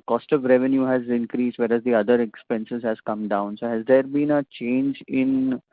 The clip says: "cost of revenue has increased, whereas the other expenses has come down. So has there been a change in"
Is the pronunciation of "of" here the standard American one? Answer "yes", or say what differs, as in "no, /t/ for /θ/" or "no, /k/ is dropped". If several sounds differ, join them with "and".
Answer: yes